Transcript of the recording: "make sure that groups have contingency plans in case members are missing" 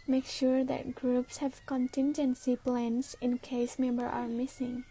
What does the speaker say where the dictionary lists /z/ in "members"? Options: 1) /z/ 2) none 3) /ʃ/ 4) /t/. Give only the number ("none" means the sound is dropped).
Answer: 2